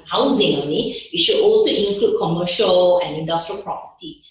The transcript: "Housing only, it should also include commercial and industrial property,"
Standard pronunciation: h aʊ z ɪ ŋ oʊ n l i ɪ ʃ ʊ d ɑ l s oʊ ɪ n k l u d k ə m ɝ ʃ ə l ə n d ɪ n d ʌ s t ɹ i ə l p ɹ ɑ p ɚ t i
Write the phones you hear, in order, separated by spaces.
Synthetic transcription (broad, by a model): h aʊ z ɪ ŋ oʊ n i ɪ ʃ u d ɑ l s oʊ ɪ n k l u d k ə m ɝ ʃ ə l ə n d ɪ n d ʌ s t ɹ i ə l p ɹ ɑ p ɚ t i